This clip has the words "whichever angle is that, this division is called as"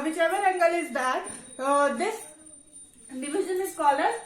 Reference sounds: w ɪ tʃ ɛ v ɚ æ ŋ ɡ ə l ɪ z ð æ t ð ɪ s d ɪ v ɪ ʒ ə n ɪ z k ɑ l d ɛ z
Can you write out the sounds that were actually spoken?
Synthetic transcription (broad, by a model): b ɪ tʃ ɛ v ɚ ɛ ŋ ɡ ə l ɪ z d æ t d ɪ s d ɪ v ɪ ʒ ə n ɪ s k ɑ l ʌ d